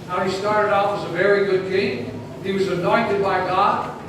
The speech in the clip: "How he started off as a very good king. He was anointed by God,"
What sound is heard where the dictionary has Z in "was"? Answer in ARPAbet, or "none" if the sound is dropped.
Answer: Z